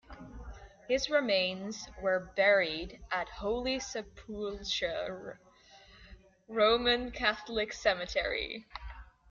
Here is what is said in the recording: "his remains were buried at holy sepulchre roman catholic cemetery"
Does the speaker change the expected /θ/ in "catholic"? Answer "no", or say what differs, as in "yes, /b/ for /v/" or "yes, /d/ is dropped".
no